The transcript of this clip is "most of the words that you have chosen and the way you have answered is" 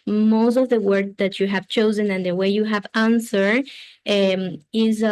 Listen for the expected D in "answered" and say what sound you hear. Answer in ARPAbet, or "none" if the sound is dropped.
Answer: none